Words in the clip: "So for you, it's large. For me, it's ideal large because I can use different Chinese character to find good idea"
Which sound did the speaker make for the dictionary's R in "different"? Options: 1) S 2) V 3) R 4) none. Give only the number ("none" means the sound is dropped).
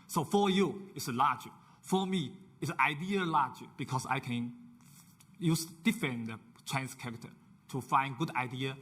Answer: 4